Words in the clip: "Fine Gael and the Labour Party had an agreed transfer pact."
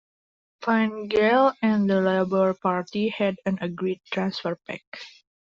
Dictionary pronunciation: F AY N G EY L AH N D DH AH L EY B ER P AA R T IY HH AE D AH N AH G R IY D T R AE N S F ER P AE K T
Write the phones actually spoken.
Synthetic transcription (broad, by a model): F AY N G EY L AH N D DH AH L EY B ER P AA R T IY HH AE D AH N AH G R IY D T R AE N S F ER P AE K